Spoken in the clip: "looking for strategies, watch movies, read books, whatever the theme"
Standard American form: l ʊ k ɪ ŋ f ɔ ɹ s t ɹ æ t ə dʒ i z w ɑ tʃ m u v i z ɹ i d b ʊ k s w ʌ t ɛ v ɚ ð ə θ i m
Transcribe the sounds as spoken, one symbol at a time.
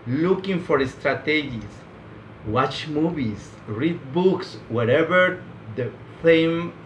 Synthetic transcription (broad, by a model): l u k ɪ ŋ f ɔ ɹ s t ɹ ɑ t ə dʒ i s w ɑ tʃ m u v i s ɹ i d b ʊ k s w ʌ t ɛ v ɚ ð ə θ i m